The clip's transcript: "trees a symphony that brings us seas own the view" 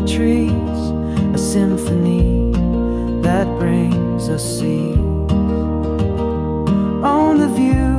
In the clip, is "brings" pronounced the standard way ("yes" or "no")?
yes